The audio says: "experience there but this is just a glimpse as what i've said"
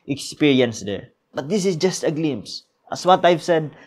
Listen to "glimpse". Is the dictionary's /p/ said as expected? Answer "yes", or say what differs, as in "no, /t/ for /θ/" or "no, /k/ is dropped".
no, /p/ is dropped